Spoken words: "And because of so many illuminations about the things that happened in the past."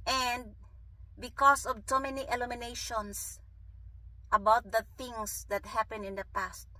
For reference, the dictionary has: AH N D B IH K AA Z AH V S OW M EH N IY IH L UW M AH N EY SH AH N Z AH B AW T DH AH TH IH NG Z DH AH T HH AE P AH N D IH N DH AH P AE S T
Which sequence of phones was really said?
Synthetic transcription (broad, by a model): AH N D B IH K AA S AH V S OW M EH N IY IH L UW M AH N EY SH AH N S AH B AW T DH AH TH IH NG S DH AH T HH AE P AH N IH N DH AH P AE S T